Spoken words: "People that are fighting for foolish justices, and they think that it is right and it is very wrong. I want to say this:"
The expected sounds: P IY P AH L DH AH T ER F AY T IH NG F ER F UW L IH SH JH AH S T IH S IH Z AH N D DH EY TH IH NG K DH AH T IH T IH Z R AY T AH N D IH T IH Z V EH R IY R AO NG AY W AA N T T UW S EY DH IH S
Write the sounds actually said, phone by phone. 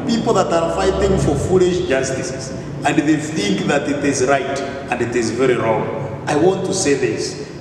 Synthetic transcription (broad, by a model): P IY P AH L DH AH T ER F AY T IH NG F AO F UW L IH SH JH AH S T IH S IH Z AH N D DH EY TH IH NG K DH AH T IH T IH Z R AY T AH N D IH T IH Z V EH R IY R AO NG AY W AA N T T UW S EY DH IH S